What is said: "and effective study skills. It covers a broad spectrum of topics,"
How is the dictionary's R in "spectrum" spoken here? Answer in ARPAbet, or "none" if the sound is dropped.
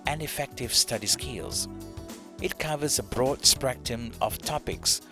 none